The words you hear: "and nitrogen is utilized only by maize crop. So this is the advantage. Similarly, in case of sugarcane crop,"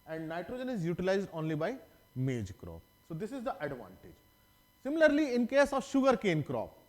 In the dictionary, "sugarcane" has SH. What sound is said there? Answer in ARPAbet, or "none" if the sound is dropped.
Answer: SH